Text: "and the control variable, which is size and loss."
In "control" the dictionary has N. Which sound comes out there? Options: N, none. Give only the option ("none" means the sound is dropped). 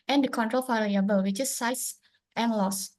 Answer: N